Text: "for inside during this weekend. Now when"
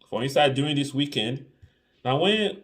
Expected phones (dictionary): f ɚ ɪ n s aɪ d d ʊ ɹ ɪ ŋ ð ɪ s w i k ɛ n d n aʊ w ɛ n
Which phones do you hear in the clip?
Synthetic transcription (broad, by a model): f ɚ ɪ n s aɪ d d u ɪ ŋ ð ɪ s w i k ɛ n d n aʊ w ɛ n